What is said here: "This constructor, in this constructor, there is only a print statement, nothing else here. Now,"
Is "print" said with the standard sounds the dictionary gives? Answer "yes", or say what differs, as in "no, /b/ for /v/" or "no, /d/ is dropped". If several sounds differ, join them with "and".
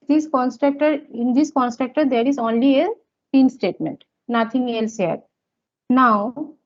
no, /ɹ/ is dropped